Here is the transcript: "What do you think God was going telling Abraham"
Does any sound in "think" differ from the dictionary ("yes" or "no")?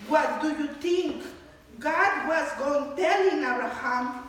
yes